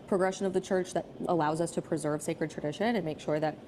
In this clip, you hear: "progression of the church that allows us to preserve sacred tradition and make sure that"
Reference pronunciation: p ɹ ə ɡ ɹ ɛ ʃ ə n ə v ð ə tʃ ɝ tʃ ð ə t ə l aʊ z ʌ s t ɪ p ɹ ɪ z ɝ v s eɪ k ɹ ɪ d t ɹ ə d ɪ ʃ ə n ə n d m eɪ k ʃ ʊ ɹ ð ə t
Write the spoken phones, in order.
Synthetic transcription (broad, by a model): p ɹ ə ɡ ɹ ɛ ʃ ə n ə v ð ə tʃ ɝ tʃ ð ə t ə l aʊ z ʌ s t ɪ p ɹ ɪ z ɝ v s eɪ k ɹ ɪ d t ɹ ə d ɪ ʃ ə n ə n m eɪ k ʃ ʊ ɹ ð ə t